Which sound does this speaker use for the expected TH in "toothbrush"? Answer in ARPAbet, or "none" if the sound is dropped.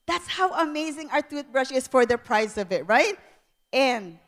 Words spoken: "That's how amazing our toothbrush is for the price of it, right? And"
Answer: T